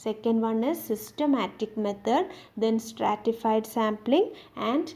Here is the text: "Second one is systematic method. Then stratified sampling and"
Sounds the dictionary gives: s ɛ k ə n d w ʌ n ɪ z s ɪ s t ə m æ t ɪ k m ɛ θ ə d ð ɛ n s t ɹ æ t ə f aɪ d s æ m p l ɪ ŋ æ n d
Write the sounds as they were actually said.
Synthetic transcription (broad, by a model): s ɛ k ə n d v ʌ n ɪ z s ɪ s t ə m æ t ɪ k m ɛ t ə d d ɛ n s t ɹ æ t ə f aɪ d s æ m p l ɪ ŋ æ n d